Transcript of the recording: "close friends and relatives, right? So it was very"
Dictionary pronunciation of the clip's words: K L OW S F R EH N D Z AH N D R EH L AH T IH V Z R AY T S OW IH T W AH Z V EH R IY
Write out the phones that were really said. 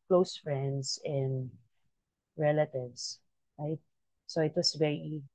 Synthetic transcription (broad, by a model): K L OW S F R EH N D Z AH N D R EH L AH T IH V S R AY T S OW IH T W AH S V EH R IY